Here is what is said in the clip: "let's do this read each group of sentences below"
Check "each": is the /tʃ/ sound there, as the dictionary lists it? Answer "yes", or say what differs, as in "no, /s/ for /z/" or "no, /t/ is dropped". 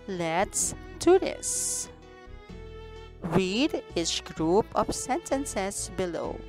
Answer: no, /s/ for /tʃ/